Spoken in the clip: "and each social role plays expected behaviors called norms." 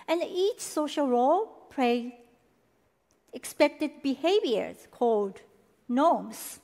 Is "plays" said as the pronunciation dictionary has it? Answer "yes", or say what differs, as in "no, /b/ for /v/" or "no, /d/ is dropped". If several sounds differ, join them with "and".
no, /z/ is dropped